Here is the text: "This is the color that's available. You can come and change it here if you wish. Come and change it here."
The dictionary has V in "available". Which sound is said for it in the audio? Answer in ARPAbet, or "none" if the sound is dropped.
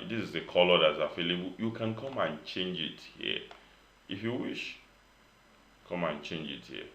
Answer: F